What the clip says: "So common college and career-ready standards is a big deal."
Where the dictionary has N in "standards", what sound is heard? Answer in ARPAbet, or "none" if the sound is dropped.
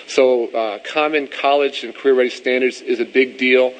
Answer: N